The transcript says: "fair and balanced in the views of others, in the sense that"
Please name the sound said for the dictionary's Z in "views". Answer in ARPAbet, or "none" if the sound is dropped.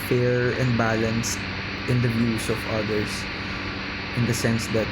S